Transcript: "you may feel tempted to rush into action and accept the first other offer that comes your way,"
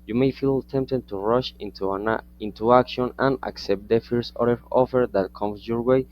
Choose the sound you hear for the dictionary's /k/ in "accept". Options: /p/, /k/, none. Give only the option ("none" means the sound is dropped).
/k/